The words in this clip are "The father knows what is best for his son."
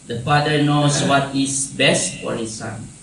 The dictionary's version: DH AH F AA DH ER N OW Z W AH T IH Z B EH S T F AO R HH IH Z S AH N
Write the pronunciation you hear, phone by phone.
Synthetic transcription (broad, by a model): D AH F AA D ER N OW S W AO T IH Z B EH S T F AO R HH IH S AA N